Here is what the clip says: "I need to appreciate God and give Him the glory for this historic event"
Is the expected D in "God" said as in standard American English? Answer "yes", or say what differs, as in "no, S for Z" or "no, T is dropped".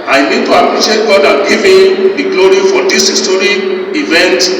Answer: yes